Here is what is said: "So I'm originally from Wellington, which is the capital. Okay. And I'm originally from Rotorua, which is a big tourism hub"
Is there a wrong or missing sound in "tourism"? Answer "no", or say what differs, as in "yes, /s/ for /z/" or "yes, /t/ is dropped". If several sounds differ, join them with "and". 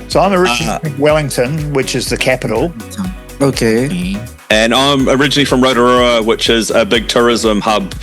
no